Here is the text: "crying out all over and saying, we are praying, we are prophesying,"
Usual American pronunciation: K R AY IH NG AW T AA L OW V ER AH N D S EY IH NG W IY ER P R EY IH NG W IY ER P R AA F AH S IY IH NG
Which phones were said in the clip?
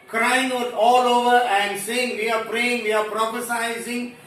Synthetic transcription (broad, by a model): K R AY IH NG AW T AA L OW V ER AH N D S EY IH NG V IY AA P R EY IH NG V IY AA P R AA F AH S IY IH NG